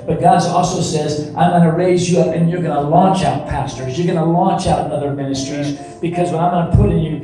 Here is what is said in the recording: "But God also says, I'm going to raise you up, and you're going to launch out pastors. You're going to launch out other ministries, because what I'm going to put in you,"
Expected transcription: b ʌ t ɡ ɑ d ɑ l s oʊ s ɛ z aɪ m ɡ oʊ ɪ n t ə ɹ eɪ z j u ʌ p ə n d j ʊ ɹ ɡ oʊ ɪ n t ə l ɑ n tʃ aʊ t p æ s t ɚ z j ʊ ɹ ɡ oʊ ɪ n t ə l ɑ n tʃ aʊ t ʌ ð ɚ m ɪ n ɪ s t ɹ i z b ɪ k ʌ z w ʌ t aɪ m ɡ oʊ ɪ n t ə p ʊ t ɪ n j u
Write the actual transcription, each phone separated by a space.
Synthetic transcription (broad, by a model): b ʌ t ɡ ɑ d ɑ l s oʊ s ɛ z aɪ m ɡ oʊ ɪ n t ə ɹ eɪ z j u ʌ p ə n j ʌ ɹ ɡ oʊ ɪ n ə l ɑ n tʃ aʊ t p æ s t ɚ z j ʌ ɹ ɡ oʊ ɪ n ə l ɑ n tʃ aʊ t ʌ ð ɚ m ɪ n ɪ s t ɹ i z b ɪ k ʌ z w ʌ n aɪ m ɡ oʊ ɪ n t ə p ʊ t ɪ n j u